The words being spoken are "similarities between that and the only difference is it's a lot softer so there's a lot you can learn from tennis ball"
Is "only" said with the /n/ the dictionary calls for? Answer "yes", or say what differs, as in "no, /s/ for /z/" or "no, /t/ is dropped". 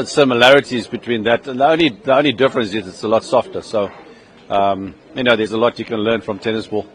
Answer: yes